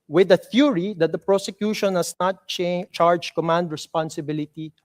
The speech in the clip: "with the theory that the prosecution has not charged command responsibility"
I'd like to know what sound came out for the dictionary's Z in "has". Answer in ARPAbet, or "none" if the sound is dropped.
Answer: S